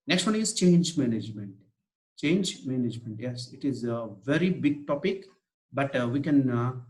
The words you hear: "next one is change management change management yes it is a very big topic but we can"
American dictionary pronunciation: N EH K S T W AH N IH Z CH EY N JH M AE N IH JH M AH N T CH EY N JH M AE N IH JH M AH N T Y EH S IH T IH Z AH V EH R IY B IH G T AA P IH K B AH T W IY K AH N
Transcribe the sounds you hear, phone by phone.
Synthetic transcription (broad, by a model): N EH K S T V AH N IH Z CH EY N JH M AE N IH JH M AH N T CH EY N JH M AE N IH JH M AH N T Y EH S IH T IH Z AH V EH R IY B IH G T AA P IH K B AH T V IY K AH N